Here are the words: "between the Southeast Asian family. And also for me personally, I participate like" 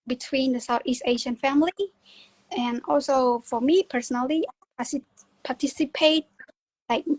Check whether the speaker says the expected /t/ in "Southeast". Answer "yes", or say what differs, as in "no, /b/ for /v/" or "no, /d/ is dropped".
yes